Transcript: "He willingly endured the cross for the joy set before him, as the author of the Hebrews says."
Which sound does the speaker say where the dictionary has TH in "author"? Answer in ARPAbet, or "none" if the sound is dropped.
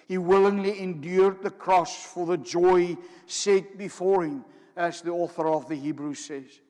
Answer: TH